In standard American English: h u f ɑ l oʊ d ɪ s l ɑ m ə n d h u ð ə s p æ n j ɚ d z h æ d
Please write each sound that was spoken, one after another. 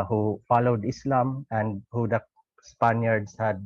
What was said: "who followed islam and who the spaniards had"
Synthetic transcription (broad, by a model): h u f ɑ l oʊ d ɪ s l ɑ m ə n d h u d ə s p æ n j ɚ d s h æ d